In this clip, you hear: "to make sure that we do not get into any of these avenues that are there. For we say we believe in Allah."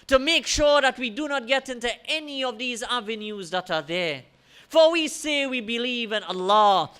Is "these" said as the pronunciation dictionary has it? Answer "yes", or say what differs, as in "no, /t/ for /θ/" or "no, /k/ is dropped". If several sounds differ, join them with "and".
yes